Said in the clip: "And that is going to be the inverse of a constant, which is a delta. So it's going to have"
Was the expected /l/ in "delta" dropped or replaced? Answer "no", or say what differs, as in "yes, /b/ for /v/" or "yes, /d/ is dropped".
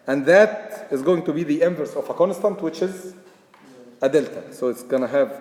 no